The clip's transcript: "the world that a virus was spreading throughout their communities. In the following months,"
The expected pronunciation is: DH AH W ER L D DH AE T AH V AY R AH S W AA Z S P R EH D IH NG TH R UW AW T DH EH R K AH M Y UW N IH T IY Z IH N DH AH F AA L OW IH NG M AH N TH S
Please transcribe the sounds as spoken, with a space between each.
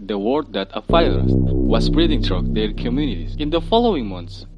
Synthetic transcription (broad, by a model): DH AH W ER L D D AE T AH F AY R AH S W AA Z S B R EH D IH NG T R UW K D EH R K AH M Y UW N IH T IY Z IH N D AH F AA L OW IH NG M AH N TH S